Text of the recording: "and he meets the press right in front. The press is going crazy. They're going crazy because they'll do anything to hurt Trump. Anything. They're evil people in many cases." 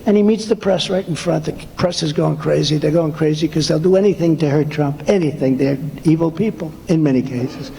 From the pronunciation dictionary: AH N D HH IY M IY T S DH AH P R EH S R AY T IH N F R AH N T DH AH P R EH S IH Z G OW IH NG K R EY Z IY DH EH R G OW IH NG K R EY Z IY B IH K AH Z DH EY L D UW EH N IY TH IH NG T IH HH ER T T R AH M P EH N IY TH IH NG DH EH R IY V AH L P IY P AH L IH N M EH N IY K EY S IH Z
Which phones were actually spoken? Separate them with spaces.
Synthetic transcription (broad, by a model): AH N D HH IY M IY T S DH AH P R EH S R AY T N F R AH N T DH AH P R EH S IH Z G OW IH NG K R EY Z IY DH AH R G OW IH NG K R EY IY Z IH K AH Z DH EY L D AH EH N IY TH IH NG T IH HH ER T T R AH M P EH N IY TH IH NG DH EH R IY V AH L P IY P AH L IH N M EH N IY K EY S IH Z